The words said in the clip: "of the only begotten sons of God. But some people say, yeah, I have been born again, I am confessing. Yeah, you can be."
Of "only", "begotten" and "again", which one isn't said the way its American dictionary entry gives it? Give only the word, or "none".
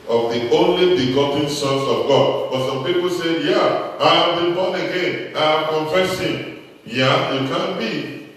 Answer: none